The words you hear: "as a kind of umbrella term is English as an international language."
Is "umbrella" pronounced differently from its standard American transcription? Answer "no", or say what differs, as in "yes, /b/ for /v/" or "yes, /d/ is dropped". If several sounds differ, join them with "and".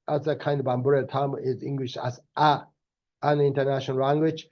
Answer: yes, /l/ is dropped